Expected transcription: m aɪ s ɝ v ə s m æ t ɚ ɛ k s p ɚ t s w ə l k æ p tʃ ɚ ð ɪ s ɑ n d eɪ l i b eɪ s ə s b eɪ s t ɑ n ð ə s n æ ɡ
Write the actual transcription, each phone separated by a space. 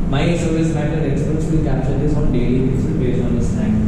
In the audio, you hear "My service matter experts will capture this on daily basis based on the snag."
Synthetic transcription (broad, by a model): m aɪ s ɝ v ə s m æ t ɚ ɛ k s p ɚ t s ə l k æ p tʃ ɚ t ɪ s ɑ n d eɪ l i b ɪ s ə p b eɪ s ɑ n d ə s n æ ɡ